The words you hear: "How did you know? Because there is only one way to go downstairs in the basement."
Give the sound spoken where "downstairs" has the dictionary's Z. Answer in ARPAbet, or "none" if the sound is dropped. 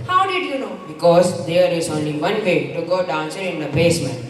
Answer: none